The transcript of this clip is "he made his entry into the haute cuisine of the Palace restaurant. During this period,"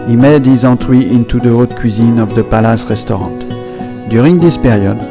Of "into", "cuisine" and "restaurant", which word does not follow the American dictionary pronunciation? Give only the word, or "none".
restaurant